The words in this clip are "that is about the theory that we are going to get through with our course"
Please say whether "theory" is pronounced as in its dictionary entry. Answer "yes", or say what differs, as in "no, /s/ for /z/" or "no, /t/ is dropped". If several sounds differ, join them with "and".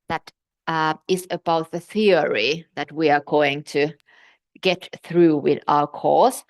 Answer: yes